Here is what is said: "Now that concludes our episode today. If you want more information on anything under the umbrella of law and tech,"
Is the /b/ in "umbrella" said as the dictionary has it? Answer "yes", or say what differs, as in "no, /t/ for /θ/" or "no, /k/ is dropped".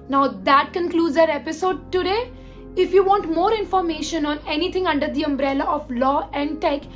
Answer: yes